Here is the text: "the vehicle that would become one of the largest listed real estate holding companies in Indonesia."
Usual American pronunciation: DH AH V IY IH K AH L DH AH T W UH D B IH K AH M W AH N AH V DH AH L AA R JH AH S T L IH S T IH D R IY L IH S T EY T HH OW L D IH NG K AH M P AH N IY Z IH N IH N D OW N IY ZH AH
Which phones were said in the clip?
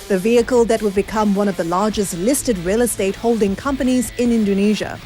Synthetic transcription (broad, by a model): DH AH V IY IH K AH L DH AH T W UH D B IH K AH M W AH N AH V DH AH L AA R JH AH S T L IH S T IH D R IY L IH S T EY T HH OW L D IH NG K AH M P AH N IY Z IH N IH N D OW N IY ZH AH